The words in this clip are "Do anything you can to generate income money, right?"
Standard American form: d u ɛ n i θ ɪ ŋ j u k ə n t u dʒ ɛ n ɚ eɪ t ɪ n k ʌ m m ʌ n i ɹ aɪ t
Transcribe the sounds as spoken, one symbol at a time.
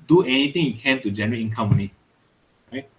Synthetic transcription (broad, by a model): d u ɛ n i t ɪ ŋ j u k ə n t u dʒ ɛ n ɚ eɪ ɪ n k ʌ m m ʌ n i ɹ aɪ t